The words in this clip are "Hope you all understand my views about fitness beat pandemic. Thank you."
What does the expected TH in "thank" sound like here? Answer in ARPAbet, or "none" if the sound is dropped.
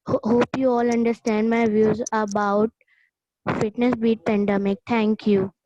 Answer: T